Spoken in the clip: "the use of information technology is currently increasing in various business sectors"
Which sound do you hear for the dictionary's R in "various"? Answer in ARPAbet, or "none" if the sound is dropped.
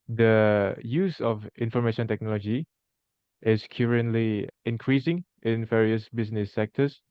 R